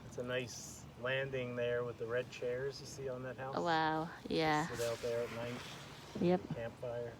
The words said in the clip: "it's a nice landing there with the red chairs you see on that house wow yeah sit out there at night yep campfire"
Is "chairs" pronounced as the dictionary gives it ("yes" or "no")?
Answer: yes